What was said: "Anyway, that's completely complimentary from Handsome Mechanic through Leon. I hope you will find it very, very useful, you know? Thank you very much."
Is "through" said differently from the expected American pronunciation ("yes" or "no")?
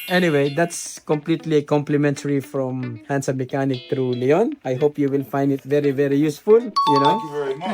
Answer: yes